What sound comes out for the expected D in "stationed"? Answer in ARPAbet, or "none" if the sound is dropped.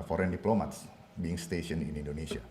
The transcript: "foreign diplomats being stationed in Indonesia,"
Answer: none